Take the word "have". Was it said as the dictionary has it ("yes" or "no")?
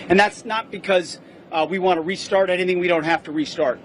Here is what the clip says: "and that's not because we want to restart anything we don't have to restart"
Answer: no